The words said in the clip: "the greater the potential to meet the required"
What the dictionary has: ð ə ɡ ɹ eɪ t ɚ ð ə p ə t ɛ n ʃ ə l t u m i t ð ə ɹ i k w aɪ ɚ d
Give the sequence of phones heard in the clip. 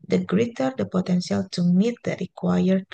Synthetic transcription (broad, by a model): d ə ɡ ɹ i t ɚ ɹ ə p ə t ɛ n s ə l t u m i t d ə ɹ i k w aɪ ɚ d